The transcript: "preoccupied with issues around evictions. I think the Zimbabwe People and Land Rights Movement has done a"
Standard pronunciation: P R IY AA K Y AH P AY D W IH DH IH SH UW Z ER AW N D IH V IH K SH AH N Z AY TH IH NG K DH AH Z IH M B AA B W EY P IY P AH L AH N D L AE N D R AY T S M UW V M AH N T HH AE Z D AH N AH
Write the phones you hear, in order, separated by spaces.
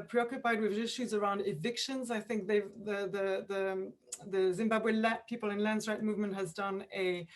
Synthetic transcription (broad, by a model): P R IY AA K Y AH P AY D W IH DH IH SH UW Z ER AW N D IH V IH K SH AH N Z AY TH IH NG K DH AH Z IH M B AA B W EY P IY P AH L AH N L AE N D R AY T M UW V M AH N T HH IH Z D AH N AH